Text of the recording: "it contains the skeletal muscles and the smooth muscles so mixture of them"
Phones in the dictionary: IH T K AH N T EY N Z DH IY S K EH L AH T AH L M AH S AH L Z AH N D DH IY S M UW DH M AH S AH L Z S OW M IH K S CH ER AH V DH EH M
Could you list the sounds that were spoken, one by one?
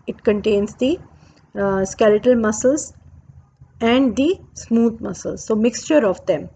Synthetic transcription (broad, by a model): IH T K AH N T EY N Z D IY S K EH L AH T AH L M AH S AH L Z AH N D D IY S M UW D M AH S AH L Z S OW M IH K S CH ER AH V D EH M